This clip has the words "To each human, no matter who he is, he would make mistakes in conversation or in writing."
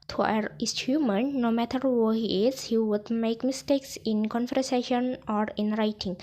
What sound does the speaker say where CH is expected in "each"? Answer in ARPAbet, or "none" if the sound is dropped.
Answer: S